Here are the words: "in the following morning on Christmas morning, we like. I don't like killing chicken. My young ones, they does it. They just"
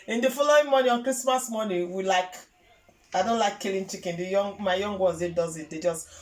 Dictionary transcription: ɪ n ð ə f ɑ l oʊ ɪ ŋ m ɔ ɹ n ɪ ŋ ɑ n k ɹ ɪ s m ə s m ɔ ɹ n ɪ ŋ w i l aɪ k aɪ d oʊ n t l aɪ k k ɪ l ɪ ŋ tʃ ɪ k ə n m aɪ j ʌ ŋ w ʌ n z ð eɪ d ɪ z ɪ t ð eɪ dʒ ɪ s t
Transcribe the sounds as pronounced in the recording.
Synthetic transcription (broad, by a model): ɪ n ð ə f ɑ l oʊ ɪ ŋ m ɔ n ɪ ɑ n k ɹ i s m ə s m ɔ n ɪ w i l aɪ k aɪ d oʊ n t l aɪ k k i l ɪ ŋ tʃ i k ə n m aɪ j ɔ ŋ w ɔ z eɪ d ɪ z ɪ t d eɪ dʒ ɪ s t